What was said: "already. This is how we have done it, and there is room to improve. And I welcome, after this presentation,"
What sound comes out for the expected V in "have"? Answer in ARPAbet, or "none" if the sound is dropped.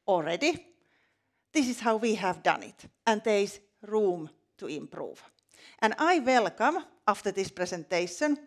V